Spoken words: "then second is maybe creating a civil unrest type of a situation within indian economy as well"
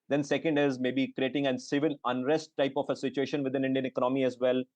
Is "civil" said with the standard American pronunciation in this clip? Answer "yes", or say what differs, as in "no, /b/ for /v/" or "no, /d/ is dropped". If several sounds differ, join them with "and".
no, /n/ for /l/